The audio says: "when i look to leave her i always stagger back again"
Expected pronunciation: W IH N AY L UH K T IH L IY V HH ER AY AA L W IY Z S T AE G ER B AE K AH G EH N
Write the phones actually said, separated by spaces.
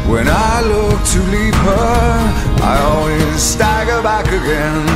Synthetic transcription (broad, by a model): W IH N AY L UH K T IH L IY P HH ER AY AA L W IY Z S T AE G ER B AE K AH G EH N